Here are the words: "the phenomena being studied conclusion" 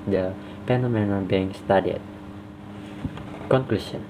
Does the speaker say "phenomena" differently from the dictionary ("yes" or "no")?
yes